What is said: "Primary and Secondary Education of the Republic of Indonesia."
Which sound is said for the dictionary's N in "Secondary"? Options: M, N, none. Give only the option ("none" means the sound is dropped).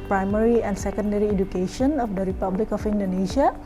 N